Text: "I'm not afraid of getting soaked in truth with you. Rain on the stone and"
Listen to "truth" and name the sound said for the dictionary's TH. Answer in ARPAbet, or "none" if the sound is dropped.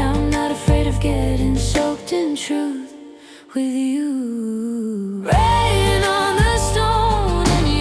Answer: TH